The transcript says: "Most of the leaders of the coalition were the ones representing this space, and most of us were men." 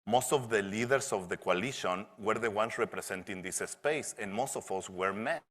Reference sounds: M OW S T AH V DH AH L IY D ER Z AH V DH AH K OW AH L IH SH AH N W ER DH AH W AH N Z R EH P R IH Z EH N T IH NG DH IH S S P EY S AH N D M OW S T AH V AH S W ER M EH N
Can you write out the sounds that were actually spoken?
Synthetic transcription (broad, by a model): M OW S T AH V DH AH L IY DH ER S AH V DH AH K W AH L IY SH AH N W ER DH AH W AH N S R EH P R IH S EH N T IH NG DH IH S S P EY S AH N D M OW S T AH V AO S W ER M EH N